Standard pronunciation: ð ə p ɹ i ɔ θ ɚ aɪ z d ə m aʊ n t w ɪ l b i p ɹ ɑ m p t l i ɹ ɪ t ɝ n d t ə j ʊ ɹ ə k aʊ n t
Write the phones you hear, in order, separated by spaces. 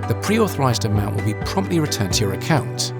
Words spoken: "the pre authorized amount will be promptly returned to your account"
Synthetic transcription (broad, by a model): ð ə p ɹ i ɔ θ ɚ aɪ z d ə m aʊ n t w ɪ l b i p ɹ ɑ m p t l i ɹ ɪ t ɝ n t ə j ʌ ɹ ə k aʊ n t